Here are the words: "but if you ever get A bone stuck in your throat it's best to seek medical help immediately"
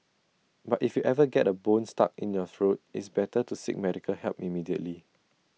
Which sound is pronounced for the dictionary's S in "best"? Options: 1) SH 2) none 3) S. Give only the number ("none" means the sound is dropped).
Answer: 2